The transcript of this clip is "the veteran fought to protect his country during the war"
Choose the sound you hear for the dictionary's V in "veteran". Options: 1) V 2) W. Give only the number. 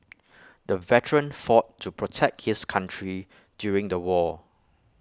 1